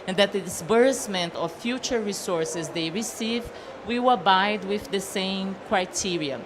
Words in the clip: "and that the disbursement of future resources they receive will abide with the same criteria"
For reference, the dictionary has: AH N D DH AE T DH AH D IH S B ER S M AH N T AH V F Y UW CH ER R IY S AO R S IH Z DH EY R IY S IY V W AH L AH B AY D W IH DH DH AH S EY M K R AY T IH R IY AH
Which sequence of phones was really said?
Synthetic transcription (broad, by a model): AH N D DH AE T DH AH D IH S B ER S M AH N T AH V F Y UW CH ER R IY S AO R S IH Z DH EY R IY S IY V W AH W AH B AY D W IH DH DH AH S EY M K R AY T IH R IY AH